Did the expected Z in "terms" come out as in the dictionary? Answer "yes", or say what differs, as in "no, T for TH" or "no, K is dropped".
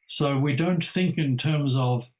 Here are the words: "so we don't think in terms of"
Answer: yes